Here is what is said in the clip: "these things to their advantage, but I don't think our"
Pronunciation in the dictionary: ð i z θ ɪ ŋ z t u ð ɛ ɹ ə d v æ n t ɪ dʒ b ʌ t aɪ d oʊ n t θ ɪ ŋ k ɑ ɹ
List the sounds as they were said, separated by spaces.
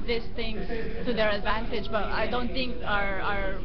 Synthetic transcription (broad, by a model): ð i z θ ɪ ŋ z t u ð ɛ ɹ ə d v æ n t ɪ dʒ b ʌ t aɪ d oʊ n t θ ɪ ŋ k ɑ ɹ